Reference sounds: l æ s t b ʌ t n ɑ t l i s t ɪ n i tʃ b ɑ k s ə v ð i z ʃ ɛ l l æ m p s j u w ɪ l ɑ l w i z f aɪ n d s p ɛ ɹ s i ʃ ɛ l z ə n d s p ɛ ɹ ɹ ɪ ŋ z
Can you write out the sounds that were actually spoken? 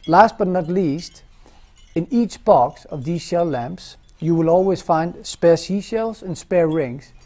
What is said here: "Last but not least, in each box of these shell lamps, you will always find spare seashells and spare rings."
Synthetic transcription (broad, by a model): l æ s t b ʌ t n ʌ t l i s t ɪ n i tʃ b ɑ k s ə v ð i z ʃ ɛ l l æ m p s j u w ɪ l ɑ l w i z f aɪ n d s p ɛ ɹ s i ʃ ɛ l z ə n s p ɛ ɹ ɹ ɪ ŋ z